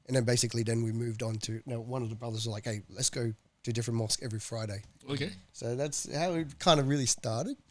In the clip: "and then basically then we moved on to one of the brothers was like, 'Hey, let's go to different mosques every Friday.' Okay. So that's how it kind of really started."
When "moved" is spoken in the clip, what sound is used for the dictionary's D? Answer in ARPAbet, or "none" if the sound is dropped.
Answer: D